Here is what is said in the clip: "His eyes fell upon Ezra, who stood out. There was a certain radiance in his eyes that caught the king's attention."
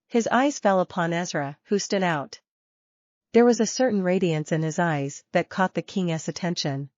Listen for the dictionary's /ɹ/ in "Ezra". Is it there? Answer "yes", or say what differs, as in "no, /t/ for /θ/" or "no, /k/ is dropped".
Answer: yes